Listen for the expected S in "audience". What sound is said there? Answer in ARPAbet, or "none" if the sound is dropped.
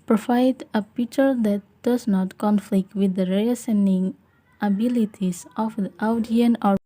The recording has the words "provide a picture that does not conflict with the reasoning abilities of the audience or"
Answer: none